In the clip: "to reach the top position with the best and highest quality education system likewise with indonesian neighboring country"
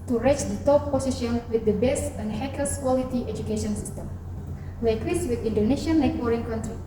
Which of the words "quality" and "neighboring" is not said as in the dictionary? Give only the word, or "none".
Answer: neighboring